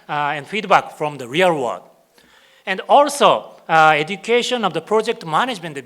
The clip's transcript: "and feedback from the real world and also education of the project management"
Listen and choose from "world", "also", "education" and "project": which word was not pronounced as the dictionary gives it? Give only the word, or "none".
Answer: world